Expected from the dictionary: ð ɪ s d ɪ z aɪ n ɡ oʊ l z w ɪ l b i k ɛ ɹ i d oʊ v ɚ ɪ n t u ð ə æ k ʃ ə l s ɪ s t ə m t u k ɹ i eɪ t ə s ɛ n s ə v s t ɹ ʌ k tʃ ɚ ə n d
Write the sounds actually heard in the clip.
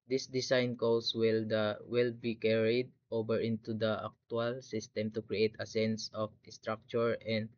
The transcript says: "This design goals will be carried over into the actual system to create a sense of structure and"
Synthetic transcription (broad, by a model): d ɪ s d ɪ s aɪ n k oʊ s w ɪ l b i k ɛ ɹ i d oʊ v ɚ ɪ n t u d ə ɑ k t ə l s ɪ s t ə m t u k ɹ i eɪ t ə s ɛ n s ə f s t ɹ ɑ k tʃ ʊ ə n d